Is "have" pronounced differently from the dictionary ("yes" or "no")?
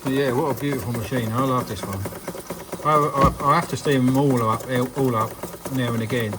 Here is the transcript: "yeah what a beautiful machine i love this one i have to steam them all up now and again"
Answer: yes